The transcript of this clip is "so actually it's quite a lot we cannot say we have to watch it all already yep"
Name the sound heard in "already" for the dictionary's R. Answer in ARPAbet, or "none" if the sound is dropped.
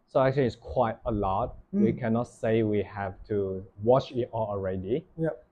R